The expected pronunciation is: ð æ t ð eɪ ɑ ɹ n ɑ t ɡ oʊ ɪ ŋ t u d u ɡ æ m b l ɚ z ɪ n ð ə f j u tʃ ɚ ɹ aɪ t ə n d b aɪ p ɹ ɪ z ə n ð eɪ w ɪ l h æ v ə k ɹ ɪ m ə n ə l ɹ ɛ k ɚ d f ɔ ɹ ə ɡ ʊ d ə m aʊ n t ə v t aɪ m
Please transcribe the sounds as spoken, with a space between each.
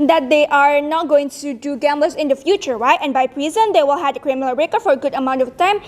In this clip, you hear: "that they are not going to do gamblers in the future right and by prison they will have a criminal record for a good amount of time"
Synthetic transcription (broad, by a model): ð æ t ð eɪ ɑ ɹ n ɑ t ɡ oʊ ɪ ŋ t u d u ɡ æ m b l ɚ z ɪ n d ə f j u tʃ ɚ ɹ aɪ t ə n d b aɪ p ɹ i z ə n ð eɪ w ɪ l h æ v ə k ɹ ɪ m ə l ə ɹ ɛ k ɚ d f ɔ ɹ ə ɡ ʊ d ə m aʊ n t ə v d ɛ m